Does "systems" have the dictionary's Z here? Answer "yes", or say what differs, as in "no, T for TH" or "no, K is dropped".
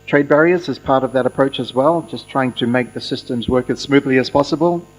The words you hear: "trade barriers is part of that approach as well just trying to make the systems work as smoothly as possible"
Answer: yes